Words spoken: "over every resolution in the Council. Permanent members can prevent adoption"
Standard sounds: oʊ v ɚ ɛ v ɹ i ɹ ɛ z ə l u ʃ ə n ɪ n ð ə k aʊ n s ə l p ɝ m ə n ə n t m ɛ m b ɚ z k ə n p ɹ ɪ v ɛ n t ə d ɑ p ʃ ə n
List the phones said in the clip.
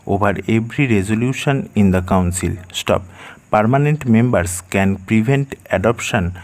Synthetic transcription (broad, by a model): oʊ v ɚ ɛ b ɹ i ɹ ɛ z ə l u ʃ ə n ɪ n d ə k aʊ n s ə l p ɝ m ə n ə n t m ɛ m b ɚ s k ə n p ɹ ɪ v ɛ n t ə d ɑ p ʃ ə n